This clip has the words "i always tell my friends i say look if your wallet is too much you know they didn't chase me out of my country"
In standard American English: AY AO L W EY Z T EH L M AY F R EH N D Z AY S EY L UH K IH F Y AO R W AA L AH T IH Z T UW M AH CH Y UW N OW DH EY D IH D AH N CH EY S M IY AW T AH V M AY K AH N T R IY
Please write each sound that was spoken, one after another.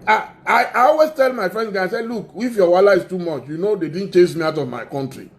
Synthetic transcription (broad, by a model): AY AO L W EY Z T EH L M AY F R EH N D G AY S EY L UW K IH F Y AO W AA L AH IH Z T UW M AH CH Y UW N OW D EY D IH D N CH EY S M IY AW T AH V M AY K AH N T R IY